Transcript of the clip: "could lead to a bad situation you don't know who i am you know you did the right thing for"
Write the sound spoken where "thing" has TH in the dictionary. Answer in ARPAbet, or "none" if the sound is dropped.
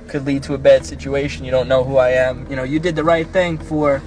TH